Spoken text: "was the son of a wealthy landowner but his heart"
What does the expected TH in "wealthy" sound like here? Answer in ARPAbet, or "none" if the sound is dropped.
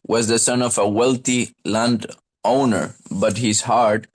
T